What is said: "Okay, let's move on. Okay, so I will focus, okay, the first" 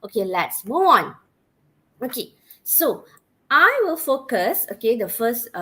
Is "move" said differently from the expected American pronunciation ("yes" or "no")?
yes